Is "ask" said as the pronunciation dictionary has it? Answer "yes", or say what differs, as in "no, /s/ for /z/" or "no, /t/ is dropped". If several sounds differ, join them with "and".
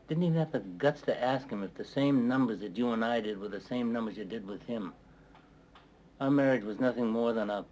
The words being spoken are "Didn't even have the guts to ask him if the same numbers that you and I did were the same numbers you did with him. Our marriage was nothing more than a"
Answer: yes